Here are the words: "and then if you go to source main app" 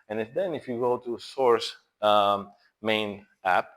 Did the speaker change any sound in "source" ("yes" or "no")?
no